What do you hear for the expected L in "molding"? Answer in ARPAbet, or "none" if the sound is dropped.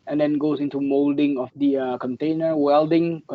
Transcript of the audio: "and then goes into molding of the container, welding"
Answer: L